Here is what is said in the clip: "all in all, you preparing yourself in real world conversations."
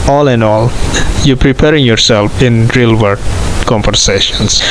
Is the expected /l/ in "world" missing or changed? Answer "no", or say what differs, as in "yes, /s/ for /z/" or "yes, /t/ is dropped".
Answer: yes, /l/ is dropped